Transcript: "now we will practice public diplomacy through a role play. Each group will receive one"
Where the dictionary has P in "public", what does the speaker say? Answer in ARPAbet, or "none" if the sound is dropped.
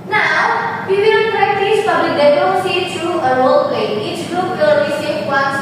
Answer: F